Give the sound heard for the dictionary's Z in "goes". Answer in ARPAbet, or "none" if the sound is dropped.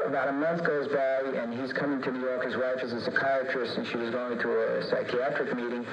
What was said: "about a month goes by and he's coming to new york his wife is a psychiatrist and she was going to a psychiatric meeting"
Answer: Z